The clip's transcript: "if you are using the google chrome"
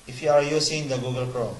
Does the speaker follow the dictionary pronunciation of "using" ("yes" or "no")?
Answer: no